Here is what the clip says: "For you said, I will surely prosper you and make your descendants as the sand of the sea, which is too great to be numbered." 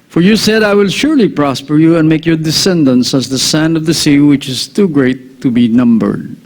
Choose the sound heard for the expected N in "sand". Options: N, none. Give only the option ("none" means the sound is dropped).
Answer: N